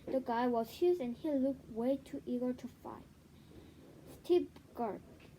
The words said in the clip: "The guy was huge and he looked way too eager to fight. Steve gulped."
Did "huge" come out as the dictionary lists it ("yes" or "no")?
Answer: no